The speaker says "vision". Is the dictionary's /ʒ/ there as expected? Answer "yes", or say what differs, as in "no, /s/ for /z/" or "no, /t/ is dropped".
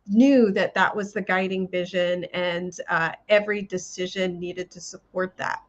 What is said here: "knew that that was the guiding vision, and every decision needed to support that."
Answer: yes